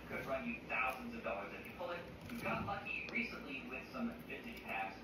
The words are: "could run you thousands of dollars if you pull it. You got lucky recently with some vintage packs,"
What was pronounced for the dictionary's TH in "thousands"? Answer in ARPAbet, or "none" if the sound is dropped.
TH